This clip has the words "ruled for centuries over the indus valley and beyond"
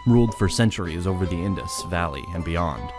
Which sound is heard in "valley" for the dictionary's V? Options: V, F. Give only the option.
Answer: V